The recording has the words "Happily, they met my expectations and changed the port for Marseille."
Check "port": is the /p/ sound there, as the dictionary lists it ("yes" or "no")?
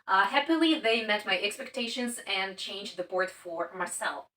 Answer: no